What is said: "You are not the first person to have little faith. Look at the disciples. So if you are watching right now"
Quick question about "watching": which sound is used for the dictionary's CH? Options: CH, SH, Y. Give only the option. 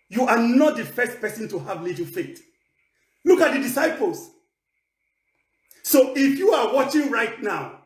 CH